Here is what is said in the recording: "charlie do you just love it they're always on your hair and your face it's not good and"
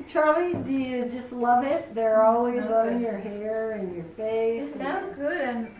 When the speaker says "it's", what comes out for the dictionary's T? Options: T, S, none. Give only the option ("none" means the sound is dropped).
S